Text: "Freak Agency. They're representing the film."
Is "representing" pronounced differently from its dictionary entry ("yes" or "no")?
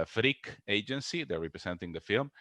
yes